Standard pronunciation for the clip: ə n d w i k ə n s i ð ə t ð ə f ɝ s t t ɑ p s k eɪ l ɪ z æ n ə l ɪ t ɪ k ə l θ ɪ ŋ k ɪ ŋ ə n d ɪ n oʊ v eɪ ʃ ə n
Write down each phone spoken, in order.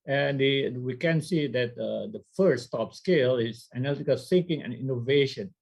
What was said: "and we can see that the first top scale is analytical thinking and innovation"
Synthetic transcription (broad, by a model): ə n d w i k ə n s i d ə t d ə f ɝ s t t ɑ p s k eɪ l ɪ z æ n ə l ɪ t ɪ k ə l s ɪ ŋ k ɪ ŋ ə n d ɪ n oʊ v eɪ ʃ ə n